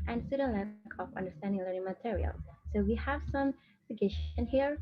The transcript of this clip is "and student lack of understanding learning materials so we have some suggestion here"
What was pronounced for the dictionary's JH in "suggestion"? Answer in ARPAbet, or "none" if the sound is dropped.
none